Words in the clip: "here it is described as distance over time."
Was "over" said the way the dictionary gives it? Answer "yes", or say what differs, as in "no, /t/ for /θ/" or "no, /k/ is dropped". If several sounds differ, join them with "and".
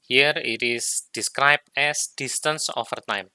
no, /f/ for /v/